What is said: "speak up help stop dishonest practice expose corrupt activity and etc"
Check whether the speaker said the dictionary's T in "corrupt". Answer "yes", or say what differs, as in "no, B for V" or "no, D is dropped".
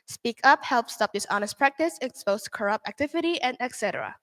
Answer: yes